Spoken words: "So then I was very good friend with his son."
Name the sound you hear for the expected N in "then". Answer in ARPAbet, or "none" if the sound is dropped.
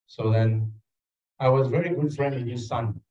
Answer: N